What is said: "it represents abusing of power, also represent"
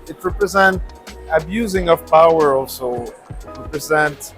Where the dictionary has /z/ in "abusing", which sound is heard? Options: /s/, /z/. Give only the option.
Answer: /z/